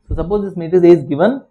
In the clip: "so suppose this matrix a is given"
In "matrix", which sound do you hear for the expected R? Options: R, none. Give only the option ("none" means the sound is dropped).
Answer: none